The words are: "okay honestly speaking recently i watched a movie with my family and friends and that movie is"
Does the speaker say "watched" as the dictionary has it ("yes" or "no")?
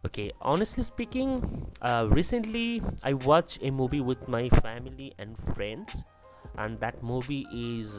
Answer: no